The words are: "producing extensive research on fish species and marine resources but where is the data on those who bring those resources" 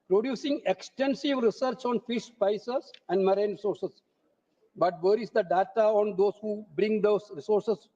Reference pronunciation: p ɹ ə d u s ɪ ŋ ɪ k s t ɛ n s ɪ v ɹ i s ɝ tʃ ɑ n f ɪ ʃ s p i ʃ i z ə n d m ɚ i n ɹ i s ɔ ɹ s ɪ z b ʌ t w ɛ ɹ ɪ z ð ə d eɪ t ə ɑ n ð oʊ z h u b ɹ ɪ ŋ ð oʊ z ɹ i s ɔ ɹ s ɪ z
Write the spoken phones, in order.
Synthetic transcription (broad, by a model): p ɹ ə d u s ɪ ŋ ɪ k s t ɛ n s ɪ v ɹ i s ɝ tʃ ɑ n f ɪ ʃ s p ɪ s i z ə n d m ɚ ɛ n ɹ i s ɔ ɹ s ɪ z b ʌ t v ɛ ɹ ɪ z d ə d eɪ t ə ɑ n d oʊ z h u b ɹ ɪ ŋ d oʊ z ɹ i s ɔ ɹ s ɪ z